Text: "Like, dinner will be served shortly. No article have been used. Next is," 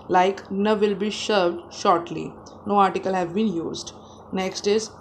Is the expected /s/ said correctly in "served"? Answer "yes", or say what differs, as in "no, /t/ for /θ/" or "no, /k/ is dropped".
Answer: no, /ʃ/ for /s/